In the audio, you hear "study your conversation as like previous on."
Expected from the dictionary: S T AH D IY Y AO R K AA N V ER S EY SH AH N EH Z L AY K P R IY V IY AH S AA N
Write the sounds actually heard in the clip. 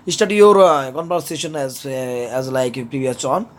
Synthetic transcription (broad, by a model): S T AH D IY Y AO R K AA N P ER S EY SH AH N EH Z L AY K P R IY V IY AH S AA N